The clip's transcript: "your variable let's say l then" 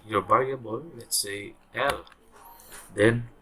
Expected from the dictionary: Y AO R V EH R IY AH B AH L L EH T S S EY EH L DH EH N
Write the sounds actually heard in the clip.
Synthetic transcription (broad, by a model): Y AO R B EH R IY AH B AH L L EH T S S EY EH L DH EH N